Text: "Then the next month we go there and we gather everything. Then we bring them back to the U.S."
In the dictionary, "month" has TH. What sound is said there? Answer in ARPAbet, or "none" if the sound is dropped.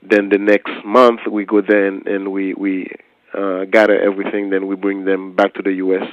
TH